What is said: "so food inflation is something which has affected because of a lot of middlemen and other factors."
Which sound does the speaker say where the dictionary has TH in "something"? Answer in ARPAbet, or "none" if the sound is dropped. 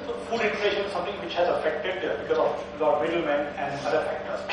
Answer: T